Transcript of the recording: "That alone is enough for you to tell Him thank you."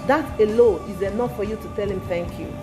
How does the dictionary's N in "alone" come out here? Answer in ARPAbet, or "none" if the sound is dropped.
none